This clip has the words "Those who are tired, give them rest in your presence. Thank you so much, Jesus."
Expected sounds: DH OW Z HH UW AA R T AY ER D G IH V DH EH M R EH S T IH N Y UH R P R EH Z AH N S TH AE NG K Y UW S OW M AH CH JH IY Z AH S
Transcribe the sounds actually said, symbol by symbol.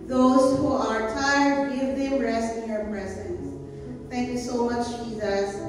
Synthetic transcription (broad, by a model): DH OW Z HH UW AA R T AY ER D G IH V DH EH M R EH S T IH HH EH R P R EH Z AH N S T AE NG K Y UW S OW M AH CH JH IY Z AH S